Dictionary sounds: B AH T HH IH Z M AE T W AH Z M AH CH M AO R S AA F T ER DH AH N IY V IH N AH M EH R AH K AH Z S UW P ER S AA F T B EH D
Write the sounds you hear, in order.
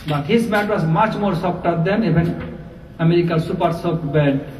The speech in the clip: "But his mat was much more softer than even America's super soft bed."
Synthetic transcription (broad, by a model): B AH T HH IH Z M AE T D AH S M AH CH M AO R S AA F T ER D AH N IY B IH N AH M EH R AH K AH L S UW P ER S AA P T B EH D